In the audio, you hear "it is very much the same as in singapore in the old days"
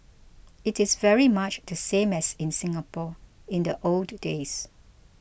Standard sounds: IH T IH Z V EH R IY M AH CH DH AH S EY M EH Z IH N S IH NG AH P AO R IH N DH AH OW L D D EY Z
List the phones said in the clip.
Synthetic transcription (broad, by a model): IH T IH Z V EH R IY M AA CH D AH S EY M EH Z IH N S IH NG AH P AO IH N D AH OW L D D EY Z